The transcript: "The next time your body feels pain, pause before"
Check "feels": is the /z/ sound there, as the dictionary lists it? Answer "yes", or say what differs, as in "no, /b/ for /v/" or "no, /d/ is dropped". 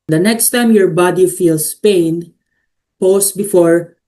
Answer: no, /s/ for /z/